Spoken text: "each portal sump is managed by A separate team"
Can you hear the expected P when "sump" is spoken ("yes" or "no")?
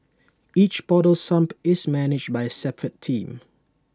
yes